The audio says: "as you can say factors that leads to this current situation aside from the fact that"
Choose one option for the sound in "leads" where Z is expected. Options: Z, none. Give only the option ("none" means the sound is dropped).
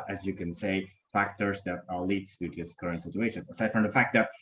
none